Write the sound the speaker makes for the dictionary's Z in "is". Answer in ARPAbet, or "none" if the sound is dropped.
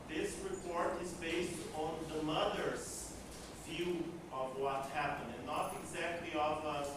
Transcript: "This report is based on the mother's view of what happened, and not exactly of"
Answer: Z